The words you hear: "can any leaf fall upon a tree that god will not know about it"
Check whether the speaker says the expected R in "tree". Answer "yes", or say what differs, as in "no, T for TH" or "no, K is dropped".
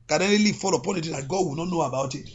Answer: no, R is dropped